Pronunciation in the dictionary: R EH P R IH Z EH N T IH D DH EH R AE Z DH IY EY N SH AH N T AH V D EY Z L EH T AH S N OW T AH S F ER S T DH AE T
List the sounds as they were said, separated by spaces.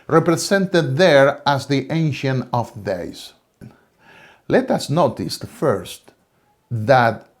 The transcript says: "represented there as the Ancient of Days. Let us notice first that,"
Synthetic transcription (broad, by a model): R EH P R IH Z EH N T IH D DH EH R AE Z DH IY EY N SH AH N AH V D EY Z L EH T AH S N OW T AH S F ER S T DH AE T